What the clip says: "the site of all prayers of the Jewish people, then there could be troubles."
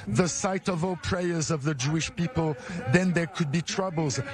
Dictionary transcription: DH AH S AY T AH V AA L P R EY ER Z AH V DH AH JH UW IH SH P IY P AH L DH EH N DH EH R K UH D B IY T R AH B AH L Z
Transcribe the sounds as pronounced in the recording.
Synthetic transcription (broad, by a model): DH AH S AY T AH V AA L P R EY ER Z AH V DH AH JH UW IH SH P IY P AH L DH EH N DH EH R K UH D B IY T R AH B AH L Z